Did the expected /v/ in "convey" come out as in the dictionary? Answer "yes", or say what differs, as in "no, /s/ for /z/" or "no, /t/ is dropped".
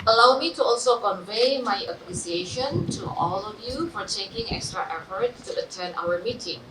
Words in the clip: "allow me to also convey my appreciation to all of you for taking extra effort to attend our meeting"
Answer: yes